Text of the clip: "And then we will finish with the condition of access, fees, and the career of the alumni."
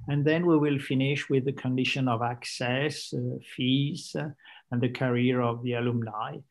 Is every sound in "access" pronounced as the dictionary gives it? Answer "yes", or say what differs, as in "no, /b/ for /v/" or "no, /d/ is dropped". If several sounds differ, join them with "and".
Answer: yes